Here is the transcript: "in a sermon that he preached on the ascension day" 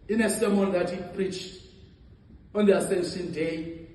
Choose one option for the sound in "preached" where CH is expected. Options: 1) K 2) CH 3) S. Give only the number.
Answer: 2